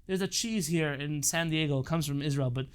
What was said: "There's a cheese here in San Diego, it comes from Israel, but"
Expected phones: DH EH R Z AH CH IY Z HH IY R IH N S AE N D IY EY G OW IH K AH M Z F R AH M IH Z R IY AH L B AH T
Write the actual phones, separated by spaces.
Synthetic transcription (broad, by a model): DH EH R Z AH CH IY Z HH IY R IH N S AE N D IY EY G OW IH K AH M Z F R AH M IH Z R IY AH L B AH T